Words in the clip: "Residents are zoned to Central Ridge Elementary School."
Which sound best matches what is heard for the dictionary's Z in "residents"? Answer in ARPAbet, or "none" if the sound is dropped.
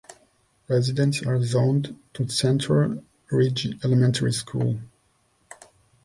Z